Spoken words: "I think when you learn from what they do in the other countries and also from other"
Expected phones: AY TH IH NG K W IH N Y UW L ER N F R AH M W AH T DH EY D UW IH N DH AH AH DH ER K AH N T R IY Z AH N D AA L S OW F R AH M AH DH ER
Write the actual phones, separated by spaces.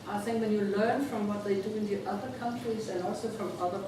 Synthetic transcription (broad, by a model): AY TH IH NG K W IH N Y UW L ER N F R AH M W AH T DH EY D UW IH N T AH AH DH ER K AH N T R IY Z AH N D AA L S OW F R AH M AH DH ER